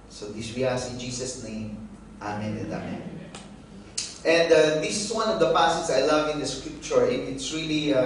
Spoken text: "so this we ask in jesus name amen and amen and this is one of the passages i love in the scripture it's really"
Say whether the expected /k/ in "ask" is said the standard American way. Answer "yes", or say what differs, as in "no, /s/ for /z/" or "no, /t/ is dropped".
no, /k/ is dropped